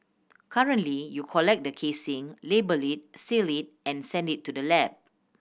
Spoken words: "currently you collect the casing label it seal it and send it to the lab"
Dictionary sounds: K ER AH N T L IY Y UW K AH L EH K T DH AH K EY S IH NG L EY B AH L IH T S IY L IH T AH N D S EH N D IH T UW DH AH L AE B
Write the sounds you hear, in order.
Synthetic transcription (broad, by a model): K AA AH N T L IY Y UW K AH L EH K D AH K EY S IH NG L EY B AH L IH T S IY L IH T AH N S EH N D IH T UW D AH L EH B